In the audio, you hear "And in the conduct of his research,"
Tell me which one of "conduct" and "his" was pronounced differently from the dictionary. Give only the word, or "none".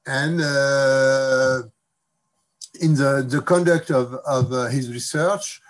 none